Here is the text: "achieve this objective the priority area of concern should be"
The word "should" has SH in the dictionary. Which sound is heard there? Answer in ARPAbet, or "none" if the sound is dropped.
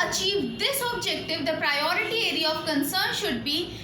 SH